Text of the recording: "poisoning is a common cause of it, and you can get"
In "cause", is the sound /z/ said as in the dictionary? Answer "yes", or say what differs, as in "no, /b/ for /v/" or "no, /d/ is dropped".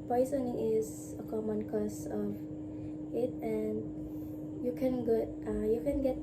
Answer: no, /s/ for /z/